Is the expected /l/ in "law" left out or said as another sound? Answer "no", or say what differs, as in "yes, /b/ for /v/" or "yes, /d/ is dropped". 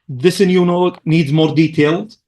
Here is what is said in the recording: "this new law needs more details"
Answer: yes, /n/ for /l/